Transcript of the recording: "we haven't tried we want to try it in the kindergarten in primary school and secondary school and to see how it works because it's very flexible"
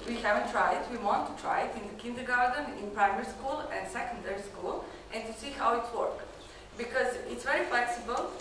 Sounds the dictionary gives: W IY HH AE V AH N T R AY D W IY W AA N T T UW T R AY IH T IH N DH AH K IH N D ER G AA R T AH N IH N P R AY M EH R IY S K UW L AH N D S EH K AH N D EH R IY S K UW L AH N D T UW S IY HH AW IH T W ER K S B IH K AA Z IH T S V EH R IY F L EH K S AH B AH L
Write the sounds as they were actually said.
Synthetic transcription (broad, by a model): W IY HH AE V AH N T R AY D W IY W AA N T T UW T R AY IH T IH N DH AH K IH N D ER G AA R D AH N IH N P R AY M EH R IY S K UW L AH N D S EH K AH N D EH R IY S K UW L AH N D T UW S IY HH AW IH T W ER K B IH K AA Z IH T S V EH R IY F L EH K S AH B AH L